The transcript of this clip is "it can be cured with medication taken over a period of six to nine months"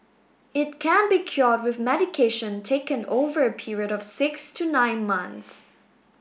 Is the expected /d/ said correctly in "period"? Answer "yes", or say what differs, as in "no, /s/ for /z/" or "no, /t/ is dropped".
yes